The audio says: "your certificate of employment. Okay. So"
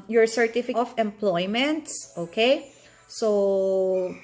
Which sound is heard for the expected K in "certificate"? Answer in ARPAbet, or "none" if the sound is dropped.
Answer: none